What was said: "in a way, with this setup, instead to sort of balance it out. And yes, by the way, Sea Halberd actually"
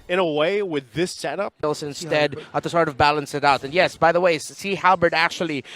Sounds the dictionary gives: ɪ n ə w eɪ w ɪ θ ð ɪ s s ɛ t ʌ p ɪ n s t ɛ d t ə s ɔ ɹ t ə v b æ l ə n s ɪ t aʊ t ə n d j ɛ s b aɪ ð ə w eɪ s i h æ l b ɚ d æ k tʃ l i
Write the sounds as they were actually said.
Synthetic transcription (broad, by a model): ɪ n ə w eɪ w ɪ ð ɪ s s ɛ t ʌ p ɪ n s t ɛ d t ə s ɔ ɹ t ə v b æ l ə n s ɪ t aʊ t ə n j ɛ s b aɪ ð ə w eɪ s i h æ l b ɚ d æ k tʃ l i